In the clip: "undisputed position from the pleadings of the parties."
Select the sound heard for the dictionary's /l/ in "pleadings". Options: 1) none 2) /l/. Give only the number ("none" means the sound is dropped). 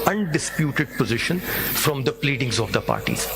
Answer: 2